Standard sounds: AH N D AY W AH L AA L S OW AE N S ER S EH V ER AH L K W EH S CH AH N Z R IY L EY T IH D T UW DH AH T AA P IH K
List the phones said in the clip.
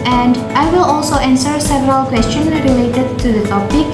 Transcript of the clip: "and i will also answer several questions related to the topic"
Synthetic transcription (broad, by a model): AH N D AY W AH L AA L S OW AE N S ER S EH V ER AH L K W EH S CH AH N R IY L EY T IH D T UW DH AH T AA P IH K